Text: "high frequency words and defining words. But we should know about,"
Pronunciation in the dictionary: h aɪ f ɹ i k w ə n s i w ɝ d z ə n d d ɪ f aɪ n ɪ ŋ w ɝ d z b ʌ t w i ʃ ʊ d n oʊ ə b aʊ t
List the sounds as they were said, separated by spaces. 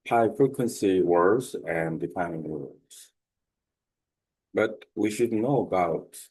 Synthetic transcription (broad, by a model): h aɪ f ɹ i k w ə n s i w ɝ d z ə n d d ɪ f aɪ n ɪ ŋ w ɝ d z b ʌ t w i ʃ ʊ d n oʊ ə b aʊ t